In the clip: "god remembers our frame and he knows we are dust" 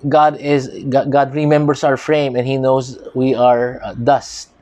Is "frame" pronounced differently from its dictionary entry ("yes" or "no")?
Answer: no